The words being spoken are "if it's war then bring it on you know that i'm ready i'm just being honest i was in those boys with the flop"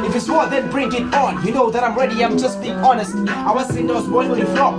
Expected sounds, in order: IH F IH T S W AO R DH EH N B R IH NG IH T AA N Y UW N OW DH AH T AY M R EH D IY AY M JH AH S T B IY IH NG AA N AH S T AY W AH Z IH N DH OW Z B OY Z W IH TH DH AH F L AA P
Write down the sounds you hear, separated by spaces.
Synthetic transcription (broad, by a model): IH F IH T S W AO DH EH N B R IH NG IH T AA N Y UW N OW DH AH T AY M R EH D IY AY M JH AH S T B IY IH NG AA N AH S T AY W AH S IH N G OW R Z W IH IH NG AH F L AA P